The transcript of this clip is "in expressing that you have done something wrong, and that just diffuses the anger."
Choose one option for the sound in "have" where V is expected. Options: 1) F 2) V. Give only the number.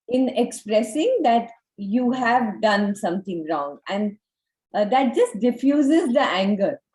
2